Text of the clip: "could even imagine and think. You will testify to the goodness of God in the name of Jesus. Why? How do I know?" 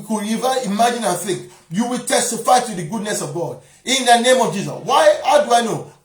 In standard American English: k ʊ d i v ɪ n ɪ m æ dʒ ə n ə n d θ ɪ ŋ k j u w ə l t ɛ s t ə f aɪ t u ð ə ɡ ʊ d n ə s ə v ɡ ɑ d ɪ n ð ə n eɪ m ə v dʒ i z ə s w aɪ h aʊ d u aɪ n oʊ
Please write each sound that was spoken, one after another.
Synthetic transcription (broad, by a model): k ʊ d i v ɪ ɪ m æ dʒ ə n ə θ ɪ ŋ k j u w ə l t ɛ s t ə f aɪ t u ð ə ɡ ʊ d n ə s ə v ɡ ɑ d ɪ n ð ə n eɪ m ə v dʒ i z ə s w aɪ h aʊ d u aɪ n oʊ